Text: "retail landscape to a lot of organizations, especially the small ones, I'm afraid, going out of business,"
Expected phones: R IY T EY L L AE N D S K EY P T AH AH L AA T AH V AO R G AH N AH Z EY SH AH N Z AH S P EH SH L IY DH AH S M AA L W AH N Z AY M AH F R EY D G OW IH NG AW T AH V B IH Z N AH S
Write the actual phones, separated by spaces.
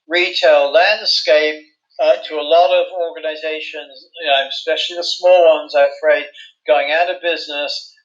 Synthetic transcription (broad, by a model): R IY T EY L L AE N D S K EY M T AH AH L AA T AH V AO R G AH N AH Z EY SH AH N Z AH S P EH SH L IY DH AH S M AA L W AH N Z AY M AH F R EY D G OW IH NG AW T AH V B IH Z N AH S